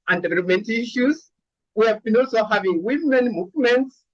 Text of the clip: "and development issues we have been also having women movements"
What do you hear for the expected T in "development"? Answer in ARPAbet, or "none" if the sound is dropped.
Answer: T